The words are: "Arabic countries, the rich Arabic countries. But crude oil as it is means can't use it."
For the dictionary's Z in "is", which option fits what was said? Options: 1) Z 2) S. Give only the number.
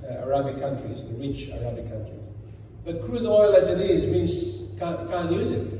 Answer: 1